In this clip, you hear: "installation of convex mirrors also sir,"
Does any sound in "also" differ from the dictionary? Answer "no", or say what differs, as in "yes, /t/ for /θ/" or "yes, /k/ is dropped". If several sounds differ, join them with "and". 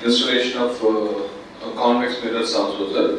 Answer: yes, /l/ is dropped